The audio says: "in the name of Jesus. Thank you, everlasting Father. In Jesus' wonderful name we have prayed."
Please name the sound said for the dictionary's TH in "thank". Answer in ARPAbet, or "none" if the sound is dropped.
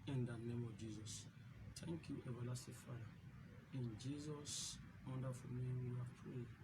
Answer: T